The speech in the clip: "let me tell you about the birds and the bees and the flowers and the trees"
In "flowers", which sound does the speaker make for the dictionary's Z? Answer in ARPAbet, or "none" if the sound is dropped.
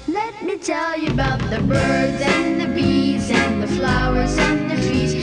Z